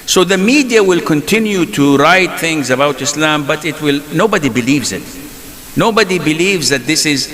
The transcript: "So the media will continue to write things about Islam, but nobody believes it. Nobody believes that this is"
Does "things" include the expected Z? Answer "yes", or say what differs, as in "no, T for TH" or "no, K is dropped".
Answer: yes